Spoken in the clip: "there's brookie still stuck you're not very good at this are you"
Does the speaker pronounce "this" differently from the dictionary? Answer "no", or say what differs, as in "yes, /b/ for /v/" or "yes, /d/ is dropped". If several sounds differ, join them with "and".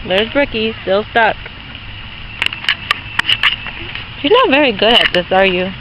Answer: no